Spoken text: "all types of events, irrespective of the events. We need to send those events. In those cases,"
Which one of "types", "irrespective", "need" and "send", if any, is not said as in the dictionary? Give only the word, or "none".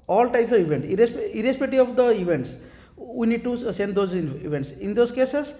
irrespective